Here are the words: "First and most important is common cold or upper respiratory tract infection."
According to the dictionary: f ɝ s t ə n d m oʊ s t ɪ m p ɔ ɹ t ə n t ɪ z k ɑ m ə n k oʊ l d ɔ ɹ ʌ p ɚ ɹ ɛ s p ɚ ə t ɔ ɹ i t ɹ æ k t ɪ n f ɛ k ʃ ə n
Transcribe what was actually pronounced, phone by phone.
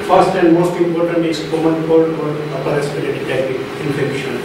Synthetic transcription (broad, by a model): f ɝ s t ə n d m oʊ s t ɪ m p ɔ ɹ t ə n t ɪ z k ɑ m ə n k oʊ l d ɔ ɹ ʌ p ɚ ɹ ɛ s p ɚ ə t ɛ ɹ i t æ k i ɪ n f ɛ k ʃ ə n